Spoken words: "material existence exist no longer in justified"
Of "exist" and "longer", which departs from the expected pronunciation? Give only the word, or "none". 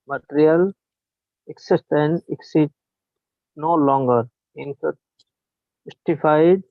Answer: exist